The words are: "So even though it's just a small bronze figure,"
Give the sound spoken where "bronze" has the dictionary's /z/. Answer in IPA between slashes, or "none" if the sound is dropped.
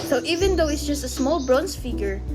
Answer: /s/